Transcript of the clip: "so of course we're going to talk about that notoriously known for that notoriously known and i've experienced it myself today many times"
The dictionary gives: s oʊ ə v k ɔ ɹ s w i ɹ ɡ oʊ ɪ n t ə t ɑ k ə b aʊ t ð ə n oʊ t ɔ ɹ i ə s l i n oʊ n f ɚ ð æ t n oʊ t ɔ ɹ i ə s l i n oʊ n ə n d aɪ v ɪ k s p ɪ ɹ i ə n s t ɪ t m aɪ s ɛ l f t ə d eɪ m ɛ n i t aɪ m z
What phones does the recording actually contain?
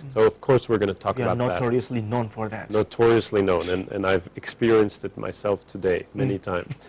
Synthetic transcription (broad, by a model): s oʊ ə v k ɔ ɹ s w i ɹ ɡ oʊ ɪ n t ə t ɑ k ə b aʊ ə n oʊ t ɔ ɹ i ə s l i n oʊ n f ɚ ð æ t n oʊ t ɔ ɹ i ə s l i n oʊ n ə n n aɪ v ɪ k s p ɪ ɹ i ə n s t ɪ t m aɪ s ɛ l f t ə d eɪ m ɛ n i t aɪ m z